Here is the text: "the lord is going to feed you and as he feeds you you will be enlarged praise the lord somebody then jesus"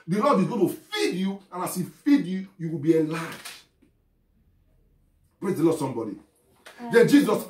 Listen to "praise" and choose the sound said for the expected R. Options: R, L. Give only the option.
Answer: R